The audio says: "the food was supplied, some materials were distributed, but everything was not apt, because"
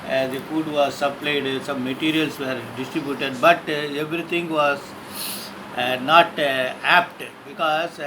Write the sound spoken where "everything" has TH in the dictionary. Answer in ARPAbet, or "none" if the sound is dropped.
T